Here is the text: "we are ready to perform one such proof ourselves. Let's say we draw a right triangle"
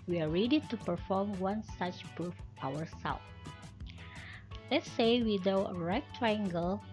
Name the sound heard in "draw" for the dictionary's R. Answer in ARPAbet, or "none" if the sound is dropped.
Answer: none